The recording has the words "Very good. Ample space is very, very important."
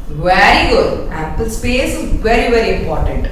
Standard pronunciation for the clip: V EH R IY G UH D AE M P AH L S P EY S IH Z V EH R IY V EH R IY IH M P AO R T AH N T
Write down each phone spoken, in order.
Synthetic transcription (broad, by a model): V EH R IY G UH D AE P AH L S P EY S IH V EH R IY V EH R IY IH M P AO R T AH N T